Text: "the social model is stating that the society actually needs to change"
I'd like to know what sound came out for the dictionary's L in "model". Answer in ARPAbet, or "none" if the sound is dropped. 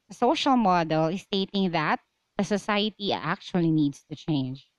L